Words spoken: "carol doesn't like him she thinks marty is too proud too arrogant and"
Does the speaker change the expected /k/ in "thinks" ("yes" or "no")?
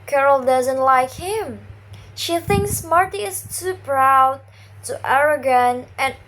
no